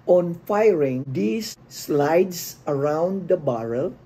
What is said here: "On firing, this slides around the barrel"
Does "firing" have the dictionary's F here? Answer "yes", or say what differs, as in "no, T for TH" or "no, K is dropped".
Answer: yes